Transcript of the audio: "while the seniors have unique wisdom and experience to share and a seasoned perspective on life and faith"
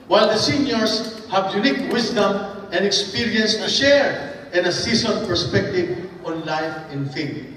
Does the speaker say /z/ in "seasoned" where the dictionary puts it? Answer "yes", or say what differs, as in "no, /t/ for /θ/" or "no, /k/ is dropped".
no, /s/ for /z/